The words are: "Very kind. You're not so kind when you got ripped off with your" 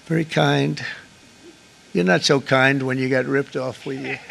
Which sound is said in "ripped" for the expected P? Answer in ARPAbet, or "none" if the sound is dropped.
P